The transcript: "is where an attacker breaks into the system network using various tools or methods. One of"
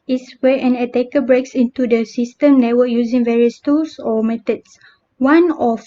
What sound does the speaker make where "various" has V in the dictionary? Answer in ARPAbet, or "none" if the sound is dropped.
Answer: V